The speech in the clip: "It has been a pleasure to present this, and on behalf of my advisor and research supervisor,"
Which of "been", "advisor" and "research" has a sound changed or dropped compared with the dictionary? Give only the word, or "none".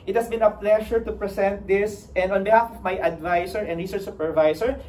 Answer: advisor